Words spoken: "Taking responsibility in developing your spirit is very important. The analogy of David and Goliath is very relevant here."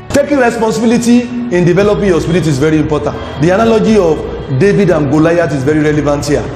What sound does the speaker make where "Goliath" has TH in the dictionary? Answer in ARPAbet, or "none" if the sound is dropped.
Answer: T